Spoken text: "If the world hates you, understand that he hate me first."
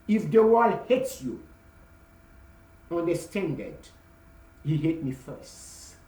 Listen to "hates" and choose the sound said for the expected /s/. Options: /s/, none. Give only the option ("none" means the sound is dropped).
/s/